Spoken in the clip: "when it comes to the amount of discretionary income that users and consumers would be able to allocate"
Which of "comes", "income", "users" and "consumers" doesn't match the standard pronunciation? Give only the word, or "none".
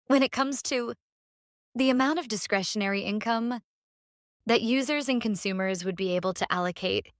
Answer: none